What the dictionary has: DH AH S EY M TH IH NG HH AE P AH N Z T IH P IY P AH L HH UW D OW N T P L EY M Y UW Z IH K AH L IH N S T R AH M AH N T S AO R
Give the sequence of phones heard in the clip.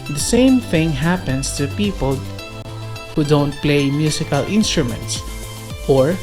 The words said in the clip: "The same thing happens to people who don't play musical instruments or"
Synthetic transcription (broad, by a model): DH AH S EY M TH IH NG HH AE P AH N S T IH P IY P AH L HH UW D OW N T P L EY M Y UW S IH K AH L IH N S T R AH M AH N T S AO R